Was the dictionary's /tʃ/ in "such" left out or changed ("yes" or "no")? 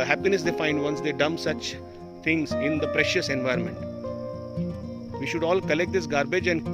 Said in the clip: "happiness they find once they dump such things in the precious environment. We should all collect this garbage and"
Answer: no